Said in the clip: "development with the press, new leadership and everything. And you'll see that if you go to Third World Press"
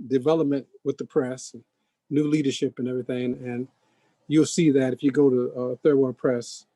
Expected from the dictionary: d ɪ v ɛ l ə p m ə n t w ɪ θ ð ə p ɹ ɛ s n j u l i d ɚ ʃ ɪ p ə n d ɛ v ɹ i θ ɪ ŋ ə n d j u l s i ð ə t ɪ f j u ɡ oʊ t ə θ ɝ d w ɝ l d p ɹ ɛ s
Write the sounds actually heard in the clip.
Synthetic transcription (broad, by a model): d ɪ v ɛ l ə p m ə n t w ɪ ð ə p ɹ ɛ s n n u l i d ɚ ʃ ɪ p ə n ɛ v ɹ i θ ɪ ŋ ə n j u l s i ð ə t ɪ f j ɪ ɡ oʊ t ə θ ɝ d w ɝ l p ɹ ɛ s